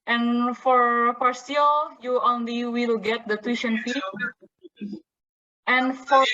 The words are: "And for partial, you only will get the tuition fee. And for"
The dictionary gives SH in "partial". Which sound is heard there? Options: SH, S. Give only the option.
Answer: S